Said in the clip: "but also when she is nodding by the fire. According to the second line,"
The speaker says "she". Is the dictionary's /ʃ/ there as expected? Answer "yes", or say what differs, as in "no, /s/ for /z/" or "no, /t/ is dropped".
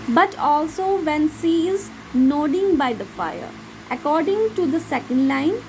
no, /s/ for /ʃ/